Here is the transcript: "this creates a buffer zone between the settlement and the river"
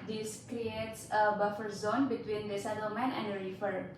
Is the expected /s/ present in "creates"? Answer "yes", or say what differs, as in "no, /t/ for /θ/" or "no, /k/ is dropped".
yes